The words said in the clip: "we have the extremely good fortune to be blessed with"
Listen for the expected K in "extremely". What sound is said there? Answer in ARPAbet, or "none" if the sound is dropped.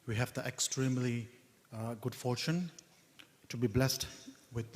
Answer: K